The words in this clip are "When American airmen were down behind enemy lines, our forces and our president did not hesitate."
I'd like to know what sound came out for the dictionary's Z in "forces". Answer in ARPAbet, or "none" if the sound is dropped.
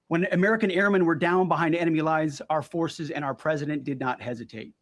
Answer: Z